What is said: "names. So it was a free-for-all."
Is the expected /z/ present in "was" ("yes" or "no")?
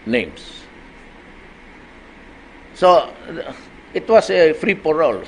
no